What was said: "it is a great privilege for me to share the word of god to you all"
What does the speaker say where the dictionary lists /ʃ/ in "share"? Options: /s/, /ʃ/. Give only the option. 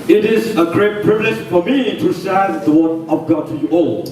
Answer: /s/